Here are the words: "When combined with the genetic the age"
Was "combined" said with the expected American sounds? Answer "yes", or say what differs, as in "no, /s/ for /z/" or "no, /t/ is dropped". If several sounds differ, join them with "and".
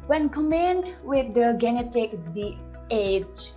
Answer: no, /b/ is dropped